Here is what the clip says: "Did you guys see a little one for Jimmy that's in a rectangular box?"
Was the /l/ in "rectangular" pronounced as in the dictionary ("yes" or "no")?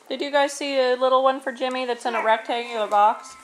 no